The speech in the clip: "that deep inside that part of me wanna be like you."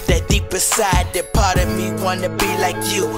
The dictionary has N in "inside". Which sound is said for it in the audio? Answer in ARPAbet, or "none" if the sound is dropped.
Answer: none